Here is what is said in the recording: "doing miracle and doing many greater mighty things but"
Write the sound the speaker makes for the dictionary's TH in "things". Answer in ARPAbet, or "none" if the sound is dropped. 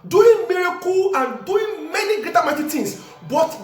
T